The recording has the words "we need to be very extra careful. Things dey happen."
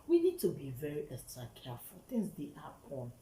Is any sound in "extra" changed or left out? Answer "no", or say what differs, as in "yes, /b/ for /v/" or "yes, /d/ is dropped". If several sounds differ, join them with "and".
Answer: yes, /k/ is dropped